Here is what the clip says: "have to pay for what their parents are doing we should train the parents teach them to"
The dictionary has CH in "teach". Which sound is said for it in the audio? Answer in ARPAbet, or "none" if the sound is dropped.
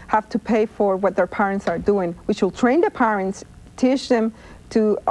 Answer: SH